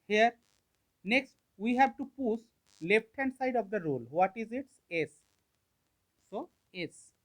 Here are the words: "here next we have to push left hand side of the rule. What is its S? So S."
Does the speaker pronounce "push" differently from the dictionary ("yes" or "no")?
yes